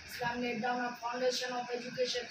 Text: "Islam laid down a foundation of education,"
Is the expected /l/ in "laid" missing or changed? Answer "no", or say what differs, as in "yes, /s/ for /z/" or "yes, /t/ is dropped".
yes, /n/ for /l/